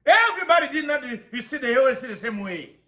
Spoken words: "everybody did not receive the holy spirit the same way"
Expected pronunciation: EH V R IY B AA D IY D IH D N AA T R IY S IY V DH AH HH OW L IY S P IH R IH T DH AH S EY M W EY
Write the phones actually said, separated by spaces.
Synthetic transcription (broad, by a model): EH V R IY B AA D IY D IH D N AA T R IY S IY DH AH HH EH W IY S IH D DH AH S EY M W EY